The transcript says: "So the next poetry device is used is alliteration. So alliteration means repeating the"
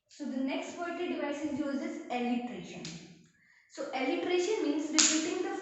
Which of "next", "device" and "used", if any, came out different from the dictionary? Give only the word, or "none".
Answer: used